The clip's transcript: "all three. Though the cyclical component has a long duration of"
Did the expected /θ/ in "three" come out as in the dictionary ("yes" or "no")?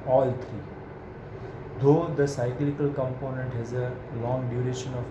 no